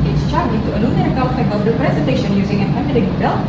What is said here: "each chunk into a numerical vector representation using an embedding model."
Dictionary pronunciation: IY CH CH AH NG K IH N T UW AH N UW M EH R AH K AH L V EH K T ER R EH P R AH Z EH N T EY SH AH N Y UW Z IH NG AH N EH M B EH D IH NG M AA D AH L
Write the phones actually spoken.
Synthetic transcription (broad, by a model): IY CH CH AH K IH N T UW AH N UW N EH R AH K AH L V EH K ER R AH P R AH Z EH N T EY SH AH N Y UW Z IH NG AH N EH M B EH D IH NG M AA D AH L